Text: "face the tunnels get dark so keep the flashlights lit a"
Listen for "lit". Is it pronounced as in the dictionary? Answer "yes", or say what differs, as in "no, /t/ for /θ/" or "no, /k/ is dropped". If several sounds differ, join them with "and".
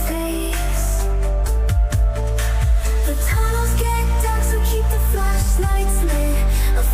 no, /t/ is dropped